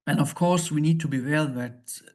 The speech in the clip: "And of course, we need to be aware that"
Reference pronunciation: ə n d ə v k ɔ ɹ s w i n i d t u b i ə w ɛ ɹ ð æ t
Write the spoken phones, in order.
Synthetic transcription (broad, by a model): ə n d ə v k ɔ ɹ s w i n i d t u b i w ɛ l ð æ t